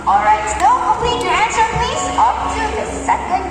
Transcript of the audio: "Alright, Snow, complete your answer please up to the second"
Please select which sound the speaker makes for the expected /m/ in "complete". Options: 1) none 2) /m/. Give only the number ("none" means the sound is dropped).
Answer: 1